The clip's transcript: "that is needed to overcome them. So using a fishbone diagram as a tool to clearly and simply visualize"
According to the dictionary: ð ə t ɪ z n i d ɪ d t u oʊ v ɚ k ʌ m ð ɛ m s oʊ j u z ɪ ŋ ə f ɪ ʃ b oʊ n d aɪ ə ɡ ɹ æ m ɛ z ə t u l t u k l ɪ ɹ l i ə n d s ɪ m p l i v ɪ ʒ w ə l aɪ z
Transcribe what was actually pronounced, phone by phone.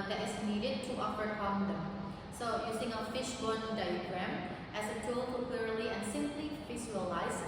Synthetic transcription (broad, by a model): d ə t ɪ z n i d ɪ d t u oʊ f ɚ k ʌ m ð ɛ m s oʊ j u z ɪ ŋ ə f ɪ ʃ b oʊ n d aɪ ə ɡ ɹ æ m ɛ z ə t u l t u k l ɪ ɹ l i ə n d s ɪ m p l i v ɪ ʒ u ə l aɪ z